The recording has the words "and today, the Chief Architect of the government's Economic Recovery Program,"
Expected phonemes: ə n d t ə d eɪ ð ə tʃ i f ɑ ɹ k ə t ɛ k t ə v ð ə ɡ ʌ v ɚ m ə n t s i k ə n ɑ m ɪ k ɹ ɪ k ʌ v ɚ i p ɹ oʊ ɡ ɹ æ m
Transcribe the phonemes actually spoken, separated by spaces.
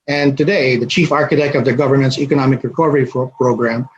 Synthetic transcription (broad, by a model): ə n t ə d eɪ ð ə tʃ i f ɑ ɹ k ə t ɛ k t ə v ð ə ɡ ʌ v ɚ m ə n t s i k ə n ɑ m ɪ k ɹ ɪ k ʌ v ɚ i p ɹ oʊ ɡ ɹ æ m